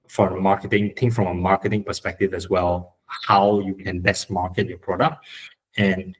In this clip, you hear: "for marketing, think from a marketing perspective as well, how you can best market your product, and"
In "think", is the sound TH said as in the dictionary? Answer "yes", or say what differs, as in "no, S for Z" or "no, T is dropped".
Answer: no, T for TH